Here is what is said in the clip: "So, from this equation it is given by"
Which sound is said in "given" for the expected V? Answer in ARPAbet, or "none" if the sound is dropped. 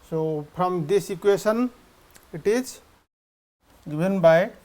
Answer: B